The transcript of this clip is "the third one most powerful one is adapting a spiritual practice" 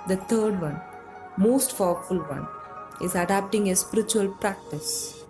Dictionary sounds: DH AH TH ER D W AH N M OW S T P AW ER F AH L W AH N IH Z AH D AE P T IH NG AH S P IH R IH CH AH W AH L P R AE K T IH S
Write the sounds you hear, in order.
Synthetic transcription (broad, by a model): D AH T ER D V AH N M OW S T F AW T F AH L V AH N IH Z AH D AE P T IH NG AH S P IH R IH CH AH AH L P R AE K T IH S